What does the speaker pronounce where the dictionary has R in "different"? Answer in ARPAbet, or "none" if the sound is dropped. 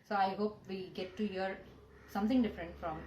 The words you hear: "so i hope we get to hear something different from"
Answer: R